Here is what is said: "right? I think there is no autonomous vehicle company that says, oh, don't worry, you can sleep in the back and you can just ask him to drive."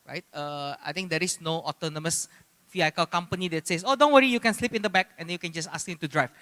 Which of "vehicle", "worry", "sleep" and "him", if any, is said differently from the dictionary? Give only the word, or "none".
vehicle